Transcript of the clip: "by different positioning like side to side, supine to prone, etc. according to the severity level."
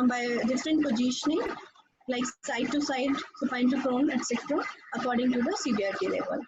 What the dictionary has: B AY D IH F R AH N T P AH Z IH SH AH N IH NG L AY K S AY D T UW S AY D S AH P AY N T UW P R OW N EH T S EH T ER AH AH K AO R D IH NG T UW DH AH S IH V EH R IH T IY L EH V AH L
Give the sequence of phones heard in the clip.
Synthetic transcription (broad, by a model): B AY D IH F R AH N T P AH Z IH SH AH N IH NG L AY K S AY D T UW S AY D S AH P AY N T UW F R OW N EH T S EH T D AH AH K AO R D IH NG T UW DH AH S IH B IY IH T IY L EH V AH L